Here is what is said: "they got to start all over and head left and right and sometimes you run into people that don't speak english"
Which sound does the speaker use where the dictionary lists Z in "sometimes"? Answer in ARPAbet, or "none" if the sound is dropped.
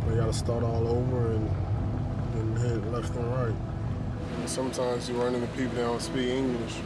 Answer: Z